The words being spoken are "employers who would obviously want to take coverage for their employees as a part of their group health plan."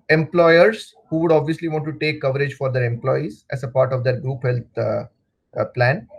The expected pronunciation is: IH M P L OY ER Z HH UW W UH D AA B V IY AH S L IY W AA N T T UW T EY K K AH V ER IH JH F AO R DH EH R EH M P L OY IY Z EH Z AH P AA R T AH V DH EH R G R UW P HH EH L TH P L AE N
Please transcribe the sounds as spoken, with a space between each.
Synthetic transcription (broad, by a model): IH M P L OY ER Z HH UW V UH D AA B V IY AH S L IY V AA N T T UW T EY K K AH V ER IH JH F AO R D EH R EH M P L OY IY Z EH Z AH P AA R T AH V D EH R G R UW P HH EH L T P L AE N